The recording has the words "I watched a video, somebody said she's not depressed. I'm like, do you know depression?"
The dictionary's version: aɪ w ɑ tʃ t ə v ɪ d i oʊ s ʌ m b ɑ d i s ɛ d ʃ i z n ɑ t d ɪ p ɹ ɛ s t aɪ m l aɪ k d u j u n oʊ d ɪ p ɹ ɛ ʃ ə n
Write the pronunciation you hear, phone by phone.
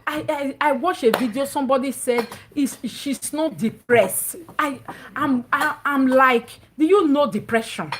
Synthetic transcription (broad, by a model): aɪ w ɑ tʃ ə v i d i oʊ s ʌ m b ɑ d i s ɛ d ʃ i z n ɑ t d ɪ p ɹ ɛ s t aɪ m l aɪ k d u j u n oʊ d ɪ p ɹ ɛ ʃ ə n